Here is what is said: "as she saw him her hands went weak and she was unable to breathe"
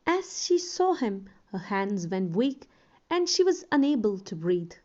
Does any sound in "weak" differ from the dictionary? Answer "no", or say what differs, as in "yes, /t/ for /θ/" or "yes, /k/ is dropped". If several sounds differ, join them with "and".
no